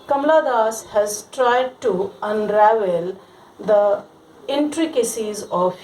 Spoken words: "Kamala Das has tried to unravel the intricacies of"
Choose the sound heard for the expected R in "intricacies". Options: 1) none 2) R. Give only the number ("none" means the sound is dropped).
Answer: 2